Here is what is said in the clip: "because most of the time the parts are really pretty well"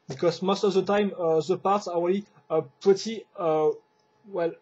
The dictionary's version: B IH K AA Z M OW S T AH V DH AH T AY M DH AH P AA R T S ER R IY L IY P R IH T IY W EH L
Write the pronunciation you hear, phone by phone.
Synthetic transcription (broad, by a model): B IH K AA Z M OW S T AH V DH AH T AY M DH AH P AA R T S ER W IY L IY P IH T IY W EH L